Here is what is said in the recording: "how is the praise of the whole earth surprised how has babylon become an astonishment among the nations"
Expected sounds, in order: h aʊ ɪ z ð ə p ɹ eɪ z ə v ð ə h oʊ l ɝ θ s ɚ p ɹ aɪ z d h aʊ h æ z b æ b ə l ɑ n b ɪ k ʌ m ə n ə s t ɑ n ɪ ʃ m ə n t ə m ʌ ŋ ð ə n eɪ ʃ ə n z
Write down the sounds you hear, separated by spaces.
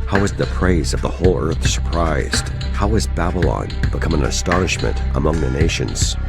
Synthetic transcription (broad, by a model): h aʊ ɪ z ð ə p ɹ eɪ z ə v ð ə h oʊ l ɝ θ s ɚ p ɹ aɪ z d h aʊ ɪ z b æ b ə l ɑ n b ɪ k ʌ m ə n ə s t ɑ n ɪ ʃ m ə n t ə m ʌ ŋ ð ə n eɪ ʃ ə n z